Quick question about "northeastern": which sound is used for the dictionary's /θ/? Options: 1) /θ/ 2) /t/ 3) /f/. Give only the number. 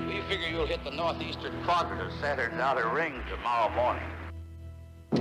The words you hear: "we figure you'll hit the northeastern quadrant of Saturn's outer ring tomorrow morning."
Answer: 1